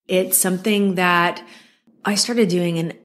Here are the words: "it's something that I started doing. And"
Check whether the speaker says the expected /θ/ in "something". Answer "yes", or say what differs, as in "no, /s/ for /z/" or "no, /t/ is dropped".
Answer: yes